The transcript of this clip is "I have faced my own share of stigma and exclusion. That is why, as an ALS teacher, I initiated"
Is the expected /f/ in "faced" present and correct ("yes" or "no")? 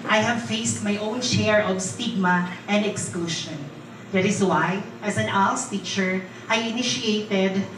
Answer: yes